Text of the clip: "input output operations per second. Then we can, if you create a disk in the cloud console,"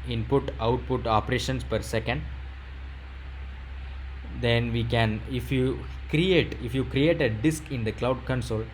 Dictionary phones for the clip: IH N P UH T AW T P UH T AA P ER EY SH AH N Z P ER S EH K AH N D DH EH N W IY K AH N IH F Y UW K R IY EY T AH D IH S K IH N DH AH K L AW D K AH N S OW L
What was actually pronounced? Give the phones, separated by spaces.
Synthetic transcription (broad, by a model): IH N P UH T AW T P UH T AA P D EY SH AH N S P ER S EH K AH N D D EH N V IY K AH N IH F Y UW K R IY EY T AH D IH S K IH N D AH K L AW D K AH N S OW L